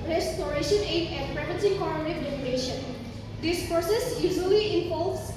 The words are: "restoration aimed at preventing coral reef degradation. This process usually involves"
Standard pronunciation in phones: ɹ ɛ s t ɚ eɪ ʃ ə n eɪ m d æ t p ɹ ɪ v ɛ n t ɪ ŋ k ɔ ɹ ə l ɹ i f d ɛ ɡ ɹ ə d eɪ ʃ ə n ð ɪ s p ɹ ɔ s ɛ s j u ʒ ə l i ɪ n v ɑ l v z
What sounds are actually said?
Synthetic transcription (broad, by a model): ɹ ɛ s t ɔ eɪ ʃ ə n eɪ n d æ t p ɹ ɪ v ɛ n s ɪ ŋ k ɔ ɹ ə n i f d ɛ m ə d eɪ ʃ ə n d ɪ s p ɹ ɔ s ɛ s j u ʒ ə l i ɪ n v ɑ l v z